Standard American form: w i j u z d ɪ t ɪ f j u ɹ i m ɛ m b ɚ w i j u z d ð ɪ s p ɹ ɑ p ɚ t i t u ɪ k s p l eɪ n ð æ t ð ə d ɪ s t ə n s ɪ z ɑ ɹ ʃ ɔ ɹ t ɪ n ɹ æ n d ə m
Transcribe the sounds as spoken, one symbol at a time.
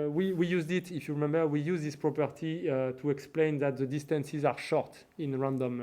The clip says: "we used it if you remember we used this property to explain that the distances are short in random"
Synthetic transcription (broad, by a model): w i j u z d ɪ t ɪ f j u ɹ i m ɛ m b ɚ w i j u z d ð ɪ s p ɹ ɑ p ɚ t i t u ɪ k s p l eɪ n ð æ t ð ə d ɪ s t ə n s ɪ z ɑ ɹ ʃ ɔ ɹ t ɪ n ɹ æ n d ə m